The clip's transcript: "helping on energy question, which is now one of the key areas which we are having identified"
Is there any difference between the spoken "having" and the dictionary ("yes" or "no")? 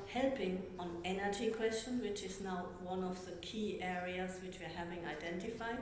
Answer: no